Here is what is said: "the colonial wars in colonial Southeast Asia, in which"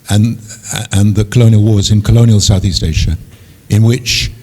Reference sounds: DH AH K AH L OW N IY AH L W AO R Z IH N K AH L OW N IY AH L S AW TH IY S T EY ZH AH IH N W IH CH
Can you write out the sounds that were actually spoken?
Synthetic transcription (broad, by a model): DH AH K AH L OW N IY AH L W AO R Z IH N K AH L OW N IY AH L S AW TH IY S T EY SH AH IH N W IH CH